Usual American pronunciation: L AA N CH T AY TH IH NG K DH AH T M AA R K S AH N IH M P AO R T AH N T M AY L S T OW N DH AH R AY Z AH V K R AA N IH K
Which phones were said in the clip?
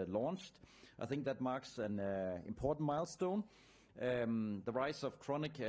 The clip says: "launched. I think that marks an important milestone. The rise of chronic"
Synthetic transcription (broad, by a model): L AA N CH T AY TH IH NG K DH AH T M AA R K S AH N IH M P AO R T N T M AY L S T OW N DH AH R AY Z AH V K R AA N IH K